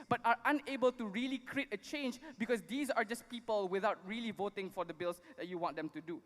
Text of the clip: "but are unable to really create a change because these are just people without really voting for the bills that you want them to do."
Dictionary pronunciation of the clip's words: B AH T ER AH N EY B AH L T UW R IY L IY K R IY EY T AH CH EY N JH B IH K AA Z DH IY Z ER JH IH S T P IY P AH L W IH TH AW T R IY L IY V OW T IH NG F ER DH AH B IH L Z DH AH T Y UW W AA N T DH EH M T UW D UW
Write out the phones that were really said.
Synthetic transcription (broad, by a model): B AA T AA AH N EY B AH L T UW R IY L IY K R IY EY T AH CH EY N JH B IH K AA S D IY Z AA JH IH S P IY P AH L W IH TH AW T R IY L IY V OW T IH NG F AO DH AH B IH L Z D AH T Y UW W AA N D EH M T UW D UW